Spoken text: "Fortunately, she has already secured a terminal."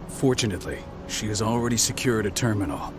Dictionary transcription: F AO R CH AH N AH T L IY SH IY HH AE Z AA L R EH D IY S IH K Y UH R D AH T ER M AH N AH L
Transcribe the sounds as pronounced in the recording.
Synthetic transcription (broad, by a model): F AO R CH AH N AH T L IY SH IY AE Z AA L R EH D IY S IH K Y UH R D AH T ER M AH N L